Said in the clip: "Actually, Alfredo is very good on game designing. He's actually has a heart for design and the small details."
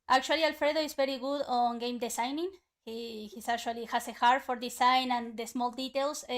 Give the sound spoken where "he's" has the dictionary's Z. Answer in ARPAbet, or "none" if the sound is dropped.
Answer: S